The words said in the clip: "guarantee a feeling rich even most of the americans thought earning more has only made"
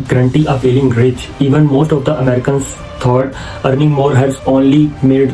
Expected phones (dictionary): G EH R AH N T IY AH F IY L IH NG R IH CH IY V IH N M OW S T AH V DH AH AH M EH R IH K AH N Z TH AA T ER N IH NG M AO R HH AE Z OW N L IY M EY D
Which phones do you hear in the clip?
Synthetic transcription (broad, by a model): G R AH N T IY AH P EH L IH NG R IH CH IY V IH N M OW S T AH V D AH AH M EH R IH K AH N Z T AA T ER N IH NG M AO R HH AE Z OW N L IY M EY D